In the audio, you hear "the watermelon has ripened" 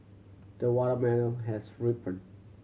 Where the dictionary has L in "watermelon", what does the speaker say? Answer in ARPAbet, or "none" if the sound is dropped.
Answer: N